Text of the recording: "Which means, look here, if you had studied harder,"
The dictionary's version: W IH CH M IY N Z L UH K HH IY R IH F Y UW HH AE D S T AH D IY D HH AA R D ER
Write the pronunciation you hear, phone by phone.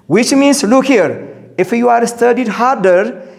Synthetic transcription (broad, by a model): W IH CH M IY N S L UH K HH IY R IH F Y UW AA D S T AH D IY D HH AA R D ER